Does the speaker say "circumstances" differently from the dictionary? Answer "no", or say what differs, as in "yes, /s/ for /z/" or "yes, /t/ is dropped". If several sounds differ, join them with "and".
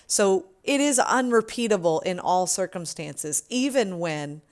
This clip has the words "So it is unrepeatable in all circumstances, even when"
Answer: no